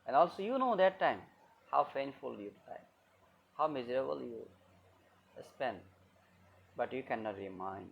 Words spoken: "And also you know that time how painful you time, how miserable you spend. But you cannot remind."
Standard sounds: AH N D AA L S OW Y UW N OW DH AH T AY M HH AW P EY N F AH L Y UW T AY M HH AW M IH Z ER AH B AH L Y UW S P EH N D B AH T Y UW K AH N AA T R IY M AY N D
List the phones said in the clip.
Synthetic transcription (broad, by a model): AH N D AA L S OW Y UW N OW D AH T AY M HH AW F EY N F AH L Y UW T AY HH AW M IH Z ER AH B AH L Y UW S P EH N D B AH T Y UW K AH N AA T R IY M AY N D